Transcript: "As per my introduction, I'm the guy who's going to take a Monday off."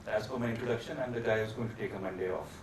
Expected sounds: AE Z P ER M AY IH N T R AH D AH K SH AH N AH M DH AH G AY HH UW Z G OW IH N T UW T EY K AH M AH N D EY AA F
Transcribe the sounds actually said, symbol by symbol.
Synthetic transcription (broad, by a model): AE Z F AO M AY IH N T R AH D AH K SH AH N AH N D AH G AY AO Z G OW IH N T UW T EY K AH M AH N D EY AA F